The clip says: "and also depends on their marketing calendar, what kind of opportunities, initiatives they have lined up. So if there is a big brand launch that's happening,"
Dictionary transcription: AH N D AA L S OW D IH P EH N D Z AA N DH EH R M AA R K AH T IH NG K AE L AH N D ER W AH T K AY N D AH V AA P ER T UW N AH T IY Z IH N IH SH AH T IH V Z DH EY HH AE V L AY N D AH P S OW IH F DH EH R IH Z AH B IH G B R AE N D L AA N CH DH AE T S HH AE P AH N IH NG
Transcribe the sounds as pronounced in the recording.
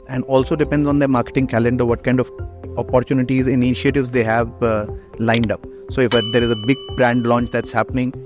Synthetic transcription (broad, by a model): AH N D AA L S OW D IH P EH N D Z AA N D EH M AA R K AH T IH NG K AE L AH N D ER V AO T K AY N D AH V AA P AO T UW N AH T IY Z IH N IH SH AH T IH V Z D EY HH AE V L AY N D AH P S OW IH F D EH R IH Z AH B IH G B R AE N D L AA N CH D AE T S HH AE P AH N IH NG